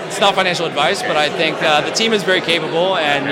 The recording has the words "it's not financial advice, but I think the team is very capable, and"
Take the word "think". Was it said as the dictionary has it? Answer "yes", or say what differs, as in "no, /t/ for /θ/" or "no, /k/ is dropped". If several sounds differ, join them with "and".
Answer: yes